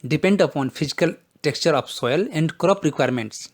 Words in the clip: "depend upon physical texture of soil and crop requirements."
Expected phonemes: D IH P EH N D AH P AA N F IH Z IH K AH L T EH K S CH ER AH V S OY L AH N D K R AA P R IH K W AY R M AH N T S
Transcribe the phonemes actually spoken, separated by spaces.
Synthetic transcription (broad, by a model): D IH P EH N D AH P AA N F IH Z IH K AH L T EH K S CH ER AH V S OY L AH N D K R AA P R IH K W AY R M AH N T S